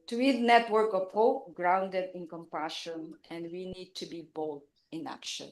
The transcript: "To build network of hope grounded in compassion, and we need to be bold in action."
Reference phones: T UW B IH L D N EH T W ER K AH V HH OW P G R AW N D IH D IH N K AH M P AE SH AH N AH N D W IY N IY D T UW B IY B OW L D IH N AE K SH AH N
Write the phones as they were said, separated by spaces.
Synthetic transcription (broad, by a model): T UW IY D N EH T W ER K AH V HH OW P G R AW N D IH D IH N K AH M P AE SH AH N AH N D W IY N IY D T UW B IY B OW L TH IH N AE K SH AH N